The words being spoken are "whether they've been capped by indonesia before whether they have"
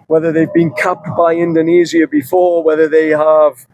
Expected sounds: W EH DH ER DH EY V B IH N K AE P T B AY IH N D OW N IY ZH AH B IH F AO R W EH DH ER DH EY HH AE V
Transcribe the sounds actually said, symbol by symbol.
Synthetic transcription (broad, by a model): W EH DH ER DH EY V B IH N K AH P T B AY IH N D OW N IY Z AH B IH F AO R W EH DH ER DH EY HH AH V